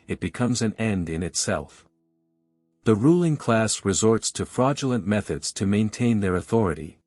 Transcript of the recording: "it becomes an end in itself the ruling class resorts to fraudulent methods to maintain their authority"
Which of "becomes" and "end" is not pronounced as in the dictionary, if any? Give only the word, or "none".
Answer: none